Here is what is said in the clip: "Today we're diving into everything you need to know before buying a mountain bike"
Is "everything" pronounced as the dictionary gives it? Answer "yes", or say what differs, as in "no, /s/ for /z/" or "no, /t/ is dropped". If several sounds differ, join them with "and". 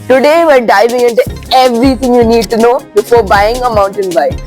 no, /t/ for /θ/